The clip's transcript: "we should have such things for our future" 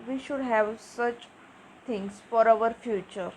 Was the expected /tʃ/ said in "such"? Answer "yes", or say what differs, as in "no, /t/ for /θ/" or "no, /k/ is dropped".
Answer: yes